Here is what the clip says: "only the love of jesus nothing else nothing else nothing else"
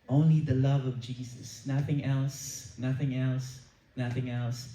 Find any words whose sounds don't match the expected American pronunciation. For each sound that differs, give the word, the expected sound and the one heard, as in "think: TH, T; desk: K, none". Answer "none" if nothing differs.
none